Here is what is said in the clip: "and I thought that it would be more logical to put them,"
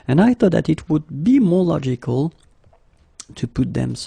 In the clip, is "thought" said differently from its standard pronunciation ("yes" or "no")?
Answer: no